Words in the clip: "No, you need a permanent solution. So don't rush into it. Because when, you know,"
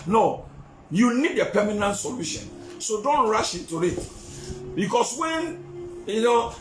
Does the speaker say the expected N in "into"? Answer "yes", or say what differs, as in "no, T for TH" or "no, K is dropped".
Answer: no, N is dropped